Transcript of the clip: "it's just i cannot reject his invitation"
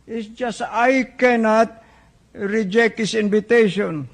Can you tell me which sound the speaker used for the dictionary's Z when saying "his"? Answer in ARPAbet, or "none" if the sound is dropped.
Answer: S